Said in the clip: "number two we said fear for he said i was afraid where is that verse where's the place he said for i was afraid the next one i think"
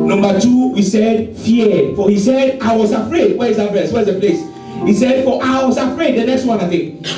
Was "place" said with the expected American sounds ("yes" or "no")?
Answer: yes